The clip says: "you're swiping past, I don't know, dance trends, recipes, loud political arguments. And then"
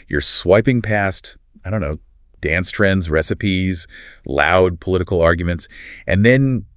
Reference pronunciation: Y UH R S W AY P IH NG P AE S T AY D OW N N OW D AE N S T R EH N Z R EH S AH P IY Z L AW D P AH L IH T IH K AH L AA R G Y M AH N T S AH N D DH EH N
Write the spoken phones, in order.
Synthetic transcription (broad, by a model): Y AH R S W AY P IH NG P AE S T AY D OW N N OW D AE N S T R EH N Z R EH S AH P IY Z L AW D P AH L IH T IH K L AA R G Y M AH N T S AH N DH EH N